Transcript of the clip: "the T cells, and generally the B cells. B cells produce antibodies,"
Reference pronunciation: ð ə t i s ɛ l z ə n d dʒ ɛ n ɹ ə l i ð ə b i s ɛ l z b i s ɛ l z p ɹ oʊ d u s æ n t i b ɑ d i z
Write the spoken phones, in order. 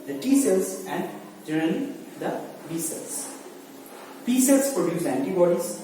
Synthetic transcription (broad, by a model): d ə t i s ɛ l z ə n d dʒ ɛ ɹ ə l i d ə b i s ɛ l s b i s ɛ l s p ɹ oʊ d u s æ n t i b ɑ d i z